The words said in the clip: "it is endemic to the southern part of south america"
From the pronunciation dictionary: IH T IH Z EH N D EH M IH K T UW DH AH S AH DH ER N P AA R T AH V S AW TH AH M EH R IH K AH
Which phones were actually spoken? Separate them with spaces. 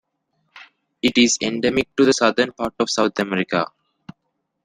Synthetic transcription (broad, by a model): IH T IH Z EH N D EH M IH K T UW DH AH S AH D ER N P AA R T AH V S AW T AH M EH R IH K AH